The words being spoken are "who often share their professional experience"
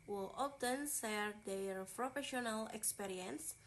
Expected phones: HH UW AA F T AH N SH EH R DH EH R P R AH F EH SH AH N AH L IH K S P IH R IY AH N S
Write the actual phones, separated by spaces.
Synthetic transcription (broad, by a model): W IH AA F T AH N S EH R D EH R P R AH F EH SH AH N AH L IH K S P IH R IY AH N S